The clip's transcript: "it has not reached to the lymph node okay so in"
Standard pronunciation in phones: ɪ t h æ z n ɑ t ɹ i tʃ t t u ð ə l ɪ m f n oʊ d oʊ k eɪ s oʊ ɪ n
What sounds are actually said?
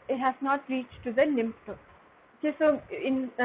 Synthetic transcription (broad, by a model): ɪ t h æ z n ɑ t ɹ i tʃ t t u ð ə n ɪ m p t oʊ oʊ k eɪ s oʊ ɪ n